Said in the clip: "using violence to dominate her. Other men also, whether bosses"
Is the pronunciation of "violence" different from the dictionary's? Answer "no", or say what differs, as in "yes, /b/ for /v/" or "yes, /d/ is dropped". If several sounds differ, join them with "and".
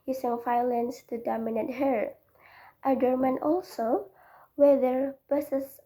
yes, /f/ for /v/